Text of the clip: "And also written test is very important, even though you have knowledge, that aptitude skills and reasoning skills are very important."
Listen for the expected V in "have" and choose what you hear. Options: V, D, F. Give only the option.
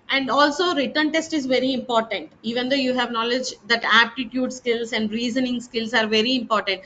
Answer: V